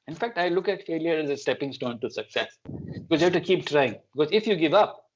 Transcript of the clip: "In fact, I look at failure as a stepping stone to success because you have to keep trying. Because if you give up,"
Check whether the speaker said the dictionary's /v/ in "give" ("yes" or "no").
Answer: yes